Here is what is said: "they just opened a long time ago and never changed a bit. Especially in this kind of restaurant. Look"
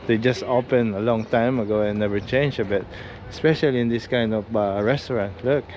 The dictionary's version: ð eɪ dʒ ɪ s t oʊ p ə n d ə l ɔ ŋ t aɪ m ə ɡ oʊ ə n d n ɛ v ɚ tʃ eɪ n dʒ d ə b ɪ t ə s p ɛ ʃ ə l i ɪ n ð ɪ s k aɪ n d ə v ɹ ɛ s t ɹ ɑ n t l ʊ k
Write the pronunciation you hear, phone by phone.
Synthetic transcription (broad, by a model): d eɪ dʒ ɪ s t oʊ p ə n ə l ɔ ŋ t aɪ m ə ɡ oʊ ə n n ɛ v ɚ tʃ eɪ n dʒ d ə b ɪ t ə s p ɛ ʃ ə l i ɪ n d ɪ s k aɪ n d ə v ɹ ɛ s t ɹ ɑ n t l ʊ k